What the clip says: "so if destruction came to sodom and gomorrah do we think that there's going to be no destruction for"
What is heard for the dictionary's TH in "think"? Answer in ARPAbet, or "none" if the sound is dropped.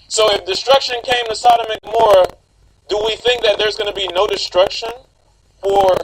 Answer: TH